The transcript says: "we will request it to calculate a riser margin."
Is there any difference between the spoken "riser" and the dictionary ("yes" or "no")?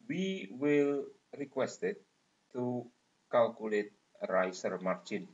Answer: yes